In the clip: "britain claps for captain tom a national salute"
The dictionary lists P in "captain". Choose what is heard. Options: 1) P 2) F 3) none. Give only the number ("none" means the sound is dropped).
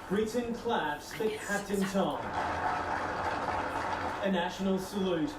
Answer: 3